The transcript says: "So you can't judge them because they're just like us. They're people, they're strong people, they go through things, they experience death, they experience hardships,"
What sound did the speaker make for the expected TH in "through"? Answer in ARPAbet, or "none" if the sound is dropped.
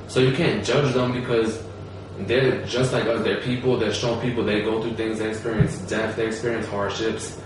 TH